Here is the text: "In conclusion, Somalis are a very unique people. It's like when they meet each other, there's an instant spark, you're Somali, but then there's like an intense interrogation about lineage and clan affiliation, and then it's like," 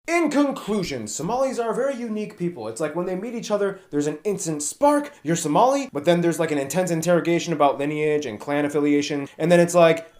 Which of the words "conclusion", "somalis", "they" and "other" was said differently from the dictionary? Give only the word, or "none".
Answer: none